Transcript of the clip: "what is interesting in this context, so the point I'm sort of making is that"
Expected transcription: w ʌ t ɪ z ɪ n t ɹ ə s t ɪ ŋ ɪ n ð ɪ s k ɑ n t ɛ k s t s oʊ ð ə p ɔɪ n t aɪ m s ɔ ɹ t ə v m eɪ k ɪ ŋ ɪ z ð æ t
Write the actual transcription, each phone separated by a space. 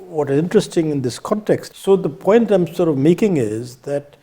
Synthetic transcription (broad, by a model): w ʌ t ɪ z ɪ n t ɹ ə s t ɪ ŋ ɪ n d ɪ s k ɑ n t ɛ k s t s oʊ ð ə p ɔɪ n t aɪ m s ɔ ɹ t ə v m eɪ k ɪ ŋ ɪ z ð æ t